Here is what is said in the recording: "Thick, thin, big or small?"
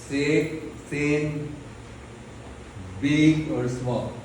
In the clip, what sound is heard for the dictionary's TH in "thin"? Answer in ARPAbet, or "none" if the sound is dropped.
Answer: S